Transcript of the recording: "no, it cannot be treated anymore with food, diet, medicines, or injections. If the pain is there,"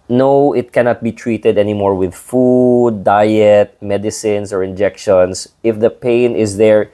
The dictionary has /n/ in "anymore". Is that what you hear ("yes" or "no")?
yes